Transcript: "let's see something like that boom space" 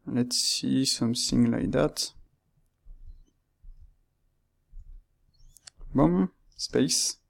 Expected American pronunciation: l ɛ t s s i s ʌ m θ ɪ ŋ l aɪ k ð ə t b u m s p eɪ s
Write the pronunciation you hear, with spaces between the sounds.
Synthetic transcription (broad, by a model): l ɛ t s s i s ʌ m s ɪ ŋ l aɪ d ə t b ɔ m s p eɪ s